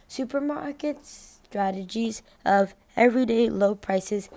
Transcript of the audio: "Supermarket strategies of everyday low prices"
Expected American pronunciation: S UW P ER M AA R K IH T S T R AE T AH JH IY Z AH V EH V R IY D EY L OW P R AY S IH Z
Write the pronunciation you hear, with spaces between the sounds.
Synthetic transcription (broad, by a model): S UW P ER M AA R K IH T S T R AE T AH JH IY Z AH V EH V R IY D EY L OW P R AY S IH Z